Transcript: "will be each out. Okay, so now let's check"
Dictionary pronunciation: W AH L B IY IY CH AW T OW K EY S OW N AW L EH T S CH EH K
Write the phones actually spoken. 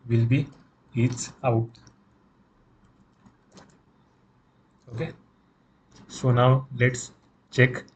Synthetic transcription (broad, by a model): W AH L B IY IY S AW T OW K EY S OW N AW L EH T S CH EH K